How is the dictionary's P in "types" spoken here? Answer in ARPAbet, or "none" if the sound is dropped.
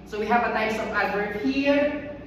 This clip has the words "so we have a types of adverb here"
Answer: none